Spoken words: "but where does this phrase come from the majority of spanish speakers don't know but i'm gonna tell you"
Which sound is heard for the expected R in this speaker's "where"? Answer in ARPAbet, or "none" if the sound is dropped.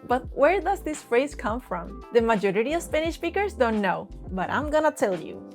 R